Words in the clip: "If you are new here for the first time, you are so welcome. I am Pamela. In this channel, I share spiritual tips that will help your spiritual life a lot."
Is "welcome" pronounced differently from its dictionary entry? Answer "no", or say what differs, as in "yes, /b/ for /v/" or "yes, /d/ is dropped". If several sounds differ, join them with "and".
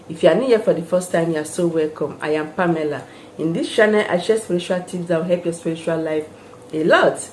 no